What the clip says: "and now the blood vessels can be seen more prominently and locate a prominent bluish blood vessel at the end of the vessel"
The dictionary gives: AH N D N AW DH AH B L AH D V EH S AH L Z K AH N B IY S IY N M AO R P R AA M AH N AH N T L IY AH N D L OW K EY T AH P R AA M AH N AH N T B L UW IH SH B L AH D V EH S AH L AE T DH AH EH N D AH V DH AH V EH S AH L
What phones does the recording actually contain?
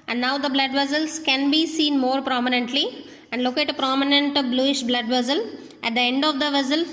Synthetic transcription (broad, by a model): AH N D N AW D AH B L AH D V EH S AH L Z K AH N B IY S IY N M AO R P R AA M AH N AH N T L IY AH N D L OW K EY T AH P R AA M AH N AH N T B L UW IH SH B L AH D V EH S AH L AE T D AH EH N D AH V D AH V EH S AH L